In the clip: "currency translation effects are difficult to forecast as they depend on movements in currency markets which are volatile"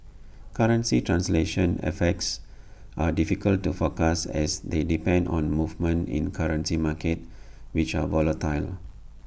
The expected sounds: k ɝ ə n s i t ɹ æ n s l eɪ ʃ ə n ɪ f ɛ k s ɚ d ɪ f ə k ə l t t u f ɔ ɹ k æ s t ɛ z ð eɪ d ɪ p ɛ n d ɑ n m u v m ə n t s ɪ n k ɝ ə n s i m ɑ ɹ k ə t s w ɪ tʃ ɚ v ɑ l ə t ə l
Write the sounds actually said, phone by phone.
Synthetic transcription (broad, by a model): k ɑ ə n s i t ɹ æ n s l eɪ ʃ ə n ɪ f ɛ k s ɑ d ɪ f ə k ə l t t u f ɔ k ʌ s ɛ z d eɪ d ɪ p ɛ n d ɑ n m u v m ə n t ɪ n k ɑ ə n s i m ɑ k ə t w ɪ tʃ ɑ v ɑ l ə t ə l